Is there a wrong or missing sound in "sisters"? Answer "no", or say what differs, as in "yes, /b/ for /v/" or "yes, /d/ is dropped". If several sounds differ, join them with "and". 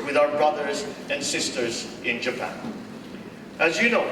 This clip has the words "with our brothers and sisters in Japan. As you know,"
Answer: no